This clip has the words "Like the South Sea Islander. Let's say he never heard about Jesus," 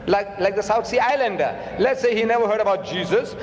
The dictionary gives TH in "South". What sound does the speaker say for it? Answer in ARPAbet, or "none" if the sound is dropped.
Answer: T